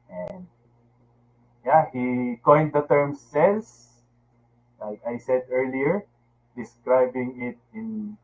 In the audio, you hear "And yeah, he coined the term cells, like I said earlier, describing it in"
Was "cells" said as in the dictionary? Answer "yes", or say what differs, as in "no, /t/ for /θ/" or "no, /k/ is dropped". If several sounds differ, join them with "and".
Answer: no, /s/ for /z/